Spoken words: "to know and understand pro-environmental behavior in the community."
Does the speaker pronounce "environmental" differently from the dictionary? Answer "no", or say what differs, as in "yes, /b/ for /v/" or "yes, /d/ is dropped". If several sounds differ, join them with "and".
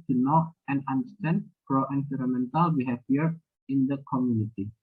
yes, /f/ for /v/ and /n/ is dropped